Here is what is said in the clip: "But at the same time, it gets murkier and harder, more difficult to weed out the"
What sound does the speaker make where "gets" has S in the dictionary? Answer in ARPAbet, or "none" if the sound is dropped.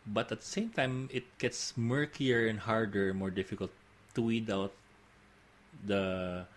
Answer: S